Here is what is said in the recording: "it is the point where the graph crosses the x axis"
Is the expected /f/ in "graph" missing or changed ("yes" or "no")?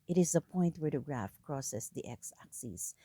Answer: no